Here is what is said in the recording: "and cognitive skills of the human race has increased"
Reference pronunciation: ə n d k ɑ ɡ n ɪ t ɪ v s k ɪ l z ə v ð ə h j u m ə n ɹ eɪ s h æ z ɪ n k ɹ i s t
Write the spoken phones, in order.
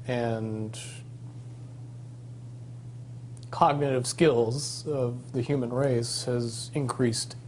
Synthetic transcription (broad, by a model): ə n k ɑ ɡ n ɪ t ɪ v s k ɪ l z ə v ð ə h j u m ə n ɹ eɪ s h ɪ z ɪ n k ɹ i s t